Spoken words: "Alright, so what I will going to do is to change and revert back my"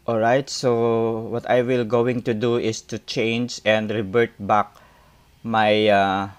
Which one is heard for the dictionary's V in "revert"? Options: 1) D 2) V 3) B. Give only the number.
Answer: 3